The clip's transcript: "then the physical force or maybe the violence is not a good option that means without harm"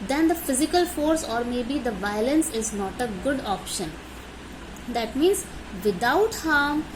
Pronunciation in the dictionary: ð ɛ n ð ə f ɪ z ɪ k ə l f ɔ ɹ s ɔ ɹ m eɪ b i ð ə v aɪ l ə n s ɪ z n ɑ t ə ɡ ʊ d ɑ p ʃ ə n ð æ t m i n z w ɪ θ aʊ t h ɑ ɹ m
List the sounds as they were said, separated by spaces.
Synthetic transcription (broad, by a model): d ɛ n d ə f ɪ z ɪ k ə l f ɔ ɹ s ɔ ɹ m eɪ b i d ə v aɪ l ə n s ɪ z n ɑ t ə ɡ ʊ d ɑ p ʃ ə n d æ t m i n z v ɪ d aʊ t h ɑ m